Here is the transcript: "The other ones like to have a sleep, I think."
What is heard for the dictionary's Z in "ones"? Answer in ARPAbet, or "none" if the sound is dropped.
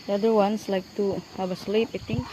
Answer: S